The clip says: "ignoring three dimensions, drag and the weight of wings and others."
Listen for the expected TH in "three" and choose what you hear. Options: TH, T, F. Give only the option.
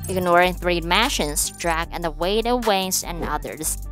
TH